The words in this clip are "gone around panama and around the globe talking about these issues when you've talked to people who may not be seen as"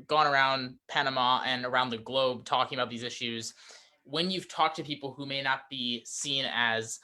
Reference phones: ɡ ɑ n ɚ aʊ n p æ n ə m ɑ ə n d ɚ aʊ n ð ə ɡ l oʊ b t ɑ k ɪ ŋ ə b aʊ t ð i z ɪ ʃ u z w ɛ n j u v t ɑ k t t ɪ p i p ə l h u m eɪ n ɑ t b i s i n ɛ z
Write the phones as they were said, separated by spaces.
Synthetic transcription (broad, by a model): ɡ ɑ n ɚ aʊ n p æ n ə m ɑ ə n ɚ aʊ n ð ə ɡ l oʊ b t ɑ k ɪ ŋ ə b aʊ t ð i z ɪ ʃ u z w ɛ n j u v t ɑ k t t ɪ p i p l h u m eɪ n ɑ t b i s i n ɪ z